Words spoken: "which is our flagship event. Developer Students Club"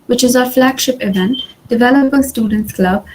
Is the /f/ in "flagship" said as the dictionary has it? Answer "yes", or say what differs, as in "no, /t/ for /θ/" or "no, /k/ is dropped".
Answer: yes